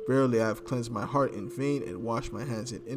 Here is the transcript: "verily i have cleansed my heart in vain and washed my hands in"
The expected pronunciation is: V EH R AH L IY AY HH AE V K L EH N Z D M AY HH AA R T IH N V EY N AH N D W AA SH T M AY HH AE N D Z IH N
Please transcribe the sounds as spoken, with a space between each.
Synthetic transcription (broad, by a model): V EH R L IY AY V K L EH N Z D M AY HH AA R T IH N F EY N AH N W AA SH T M AY HH AE N D Z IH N